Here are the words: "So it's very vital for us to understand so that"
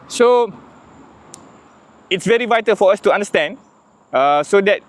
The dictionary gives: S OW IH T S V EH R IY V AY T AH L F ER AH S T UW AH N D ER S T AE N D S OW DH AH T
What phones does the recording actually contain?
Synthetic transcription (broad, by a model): S OW IH T S V EH R IY V AY T AH L F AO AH S T UW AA N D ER S T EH N D S OW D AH T